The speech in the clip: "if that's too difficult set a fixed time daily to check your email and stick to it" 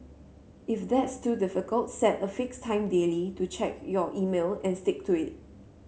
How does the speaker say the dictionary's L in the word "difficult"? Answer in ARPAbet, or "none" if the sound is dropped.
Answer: L